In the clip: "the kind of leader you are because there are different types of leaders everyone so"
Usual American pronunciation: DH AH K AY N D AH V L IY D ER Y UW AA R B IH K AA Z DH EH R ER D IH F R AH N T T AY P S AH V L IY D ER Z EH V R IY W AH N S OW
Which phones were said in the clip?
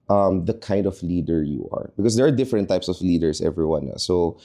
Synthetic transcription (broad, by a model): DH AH K AY N D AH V L IY D ER Y UW AA R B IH K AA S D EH R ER D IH F R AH N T T AY P S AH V L IY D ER S EH V R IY W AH N S OW